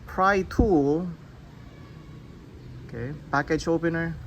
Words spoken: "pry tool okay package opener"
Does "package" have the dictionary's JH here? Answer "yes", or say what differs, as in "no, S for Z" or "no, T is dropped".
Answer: no, CH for JH